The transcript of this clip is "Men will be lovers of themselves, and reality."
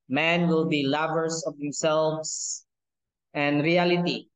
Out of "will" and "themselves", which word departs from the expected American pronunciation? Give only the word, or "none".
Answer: themselves